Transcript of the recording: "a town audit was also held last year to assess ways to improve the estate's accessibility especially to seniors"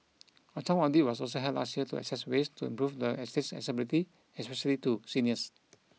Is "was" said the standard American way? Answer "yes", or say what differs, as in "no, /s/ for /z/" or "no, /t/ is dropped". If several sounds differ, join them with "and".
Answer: no, /s/ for /z/